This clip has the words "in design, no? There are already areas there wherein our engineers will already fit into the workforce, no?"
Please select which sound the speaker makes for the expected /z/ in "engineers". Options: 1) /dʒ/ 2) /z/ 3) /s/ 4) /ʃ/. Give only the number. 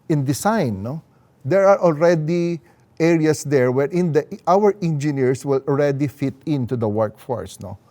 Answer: 3